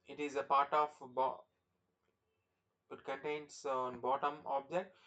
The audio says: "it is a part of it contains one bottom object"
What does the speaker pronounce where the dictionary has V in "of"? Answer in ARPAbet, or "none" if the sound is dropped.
B